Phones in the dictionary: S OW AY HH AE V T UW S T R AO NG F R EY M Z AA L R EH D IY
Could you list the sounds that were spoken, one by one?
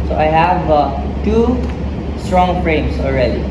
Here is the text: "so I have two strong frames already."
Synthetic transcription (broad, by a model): S OW AY HH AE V T UW S T R AO NG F R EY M S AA L R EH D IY